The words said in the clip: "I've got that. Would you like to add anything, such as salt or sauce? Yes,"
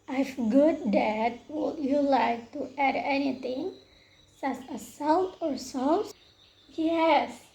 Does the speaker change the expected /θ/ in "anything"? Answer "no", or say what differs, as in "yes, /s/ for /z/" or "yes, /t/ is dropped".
yes, /t/ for /θ/